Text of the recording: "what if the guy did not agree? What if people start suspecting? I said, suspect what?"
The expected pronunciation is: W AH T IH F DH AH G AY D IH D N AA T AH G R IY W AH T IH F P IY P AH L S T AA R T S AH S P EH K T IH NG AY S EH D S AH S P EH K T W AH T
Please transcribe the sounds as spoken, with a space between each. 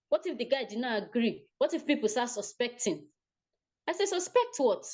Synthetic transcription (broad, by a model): W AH T IH F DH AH G AY D IH D N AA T AH G R IY W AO T IH F P IY P AH L S T AA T S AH S P EH K T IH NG AY S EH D S AH S P EH K T W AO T